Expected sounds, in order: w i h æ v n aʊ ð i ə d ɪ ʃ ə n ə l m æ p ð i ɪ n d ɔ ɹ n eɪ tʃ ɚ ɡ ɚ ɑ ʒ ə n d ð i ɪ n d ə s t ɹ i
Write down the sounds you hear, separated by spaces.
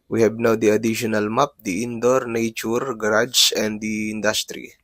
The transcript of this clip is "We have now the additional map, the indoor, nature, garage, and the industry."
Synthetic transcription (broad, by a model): w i h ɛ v n aʊ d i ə d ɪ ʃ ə n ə l m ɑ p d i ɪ n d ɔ ɹ n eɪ tʃ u ɡ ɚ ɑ s ə n d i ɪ n d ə s t ɹ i